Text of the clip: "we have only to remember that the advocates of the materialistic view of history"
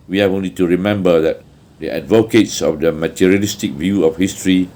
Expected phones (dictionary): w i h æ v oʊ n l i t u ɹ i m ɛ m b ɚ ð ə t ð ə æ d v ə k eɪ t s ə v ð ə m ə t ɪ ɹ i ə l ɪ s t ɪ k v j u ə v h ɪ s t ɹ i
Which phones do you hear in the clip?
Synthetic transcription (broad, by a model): w i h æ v oʊ n l i t u ɹ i m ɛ m b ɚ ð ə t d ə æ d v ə k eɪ t s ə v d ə m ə t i ɹ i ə l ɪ s t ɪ k v j u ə f h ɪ s t ɹ i